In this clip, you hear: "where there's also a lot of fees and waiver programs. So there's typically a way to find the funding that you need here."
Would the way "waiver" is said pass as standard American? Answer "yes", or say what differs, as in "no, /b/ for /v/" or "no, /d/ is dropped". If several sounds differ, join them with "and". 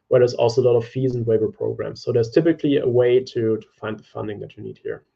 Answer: no, /b/ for /v/